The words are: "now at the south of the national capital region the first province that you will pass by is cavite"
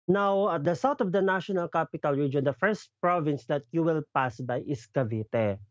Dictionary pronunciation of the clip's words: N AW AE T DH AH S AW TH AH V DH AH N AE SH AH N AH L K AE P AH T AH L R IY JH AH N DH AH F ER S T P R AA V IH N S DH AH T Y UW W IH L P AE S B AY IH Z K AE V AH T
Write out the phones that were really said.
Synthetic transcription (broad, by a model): N AW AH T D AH S AW T AH V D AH N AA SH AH N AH L K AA P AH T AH L R IY JH AH N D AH F ER S T P R AA V IH N S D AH T Y UW W IH L P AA S B AY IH S K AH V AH T